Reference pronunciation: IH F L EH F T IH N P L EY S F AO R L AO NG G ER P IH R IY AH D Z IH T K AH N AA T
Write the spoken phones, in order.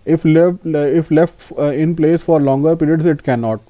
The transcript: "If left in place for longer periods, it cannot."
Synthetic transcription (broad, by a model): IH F L EH F T IH N P L EY S F AO R L AO NG G ER P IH R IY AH D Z IH T K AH N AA T